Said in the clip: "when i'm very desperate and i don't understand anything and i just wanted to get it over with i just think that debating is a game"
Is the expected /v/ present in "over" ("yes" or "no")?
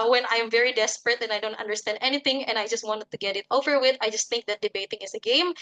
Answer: yes